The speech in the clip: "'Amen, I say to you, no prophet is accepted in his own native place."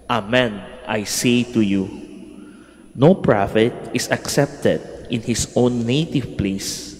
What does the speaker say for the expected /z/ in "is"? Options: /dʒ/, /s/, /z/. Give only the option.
/s/